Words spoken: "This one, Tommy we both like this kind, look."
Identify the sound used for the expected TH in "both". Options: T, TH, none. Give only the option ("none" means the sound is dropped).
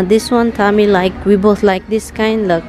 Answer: T